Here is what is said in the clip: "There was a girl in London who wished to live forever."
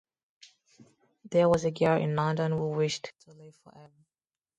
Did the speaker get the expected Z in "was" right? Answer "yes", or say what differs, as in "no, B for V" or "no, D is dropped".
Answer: yes